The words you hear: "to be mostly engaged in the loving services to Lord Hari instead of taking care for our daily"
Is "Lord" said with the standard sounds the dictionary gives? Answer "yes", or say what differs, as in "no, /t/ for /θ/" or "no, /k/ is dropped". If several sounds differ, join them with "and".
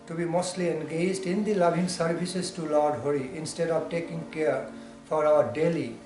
yes